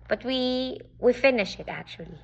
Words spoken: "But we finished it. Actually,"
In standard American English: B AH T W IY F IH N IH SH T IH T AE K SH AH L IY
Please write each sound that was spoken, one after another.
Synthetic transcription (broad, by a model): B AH T W IY F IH N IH SH IH T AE K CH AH L IY